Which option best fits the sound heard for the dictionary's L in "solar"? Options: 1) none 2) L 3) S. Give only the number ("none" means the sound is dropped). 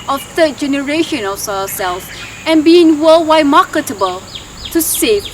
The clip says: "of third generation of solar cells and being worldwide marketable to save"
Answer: 1